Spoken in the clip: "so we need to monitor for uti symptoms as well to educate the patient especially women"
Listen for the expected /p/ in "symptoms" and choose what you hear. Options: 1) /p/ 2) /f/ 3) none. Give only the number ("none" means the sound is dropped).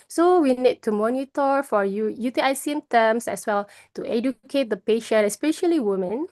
3